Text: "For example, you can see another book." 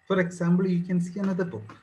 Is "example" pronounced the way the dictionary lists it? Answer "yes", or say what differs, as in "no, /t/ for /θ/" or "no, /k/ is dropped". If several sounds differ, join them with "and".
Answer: no, /b/ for /p/